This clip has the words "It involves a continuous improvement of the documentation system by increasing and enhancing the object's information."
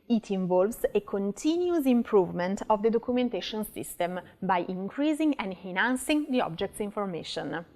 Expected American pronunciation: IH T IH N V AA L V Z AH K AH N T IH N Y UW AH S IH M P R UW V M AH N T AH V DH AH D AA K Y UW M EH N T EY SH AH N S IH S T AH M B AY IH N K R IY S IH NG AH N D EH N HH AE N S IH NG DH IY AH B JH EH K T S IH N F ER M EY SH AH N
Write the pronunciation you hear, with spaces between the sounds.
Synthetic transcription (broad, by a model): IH T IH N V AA L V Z AH K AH N T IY N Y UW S IH M P R UW V M AH N T AH V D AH D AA K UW M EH N T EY SH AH N S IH S T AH M B AY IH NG K R IY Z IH NG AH N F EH N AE N S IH NG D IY AH B JH EH K T S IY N F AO M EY SH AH N